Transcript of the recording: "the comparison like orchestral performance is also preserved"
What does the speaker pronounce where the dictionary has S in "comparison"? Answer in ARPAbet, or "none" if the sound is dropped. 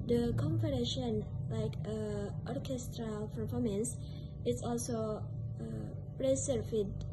SH